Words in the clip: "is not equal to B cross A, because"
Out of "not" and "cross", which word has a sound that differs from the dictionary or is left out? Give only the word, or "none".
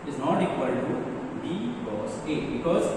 cross